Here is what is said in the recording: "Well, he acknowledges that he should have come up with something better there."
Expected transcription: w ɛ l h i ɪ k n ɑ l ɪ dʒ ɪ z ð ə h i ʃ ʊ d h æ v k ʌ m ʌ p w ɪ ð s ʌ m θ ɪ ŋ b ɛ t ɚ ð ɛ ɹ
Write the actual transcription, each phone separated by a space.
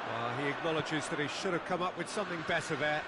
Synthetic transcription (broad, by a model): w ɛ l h i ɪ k n ɑ l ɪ dʒ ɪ z ð ə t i ʃ ʊ d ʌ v k ʌ m ʌ p w ɪ ð s ʌ m θ ɪ ŋ b ɛ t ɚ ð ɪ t